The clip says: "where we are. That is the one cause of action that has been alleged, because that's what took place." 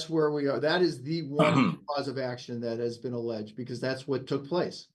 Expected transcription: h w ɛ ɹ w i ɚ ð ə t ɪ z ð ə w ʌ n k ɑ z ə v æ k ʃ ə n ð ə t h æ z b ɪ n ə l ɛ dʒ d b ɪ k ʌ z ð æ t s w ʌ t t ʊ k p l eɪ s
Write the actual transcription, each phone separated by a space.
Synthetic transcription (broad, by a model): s w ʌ ɹ w i ɚ ð ə t ɪ z ð ə w ʌ n k ɑ z ə v æ k ʃ ə n ð ə t h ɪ z b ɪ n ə l ɛ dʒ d b ɪ k ʌ z ð æ t s w ʌ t t ʊ k p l eɪ s